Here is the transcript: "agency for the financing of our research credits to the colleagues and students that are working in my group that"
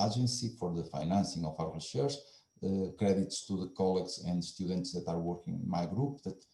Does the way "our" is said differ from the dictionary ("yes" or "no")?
yes